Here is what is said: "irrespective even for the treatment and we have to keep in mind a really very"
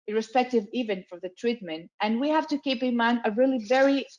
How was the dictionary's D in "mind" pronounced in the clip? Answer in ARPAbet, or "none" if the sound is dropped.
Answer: none